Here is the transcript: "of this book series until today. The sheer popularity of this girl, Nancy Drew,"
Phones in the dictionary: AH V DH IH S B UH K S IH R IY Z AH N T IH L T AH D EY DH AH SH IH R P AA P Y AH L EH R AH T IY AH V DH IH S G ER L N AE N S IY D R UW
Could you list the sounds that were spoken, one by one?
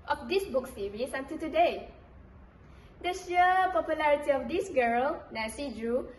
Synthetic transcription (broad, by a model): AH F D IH S B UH K S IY R IY S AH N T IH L T AH D EY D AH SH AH P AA P Y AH L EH R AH T IY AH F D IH S G ER L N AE S IY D R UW